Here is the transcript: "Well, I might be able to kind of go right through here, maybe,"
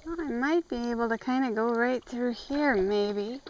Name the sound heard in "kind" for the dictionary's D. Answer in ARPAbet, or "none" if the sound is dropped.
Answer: D